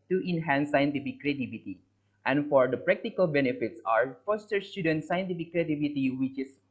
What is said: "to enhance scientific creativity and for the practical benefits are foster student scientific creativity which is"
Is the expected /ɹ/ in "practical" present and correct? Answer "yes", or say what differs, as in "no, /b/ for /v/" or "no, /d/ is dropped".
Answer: yes